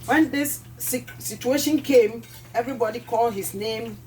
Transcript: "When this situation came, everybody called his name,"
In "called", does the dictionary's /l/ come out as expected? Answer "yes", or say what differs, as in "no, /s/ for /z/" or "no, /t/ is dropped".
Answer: yes